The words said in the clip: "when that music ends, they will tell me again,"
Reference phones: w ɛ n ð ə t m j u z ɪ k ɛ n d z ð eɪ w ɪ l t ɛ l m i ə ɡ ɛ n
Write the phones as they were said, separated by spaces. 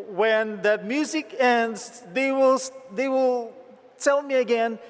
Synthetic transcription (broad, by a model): w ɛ n ð ə t m j u z ɪ k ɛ n d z ð eɪ w ɪ l t ɛ l m i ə ɡ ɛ n